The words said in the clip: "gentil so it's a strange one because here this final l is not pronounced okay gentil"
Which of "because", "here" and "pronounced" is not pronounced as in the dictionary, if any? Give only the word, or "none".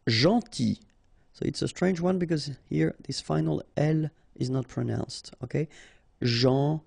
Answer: none